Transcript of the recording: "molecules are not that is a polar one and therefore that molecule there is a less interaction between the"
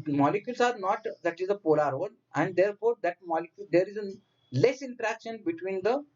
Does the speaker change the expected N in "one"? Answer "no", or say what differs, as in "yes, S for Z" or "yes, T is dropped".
yes, L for N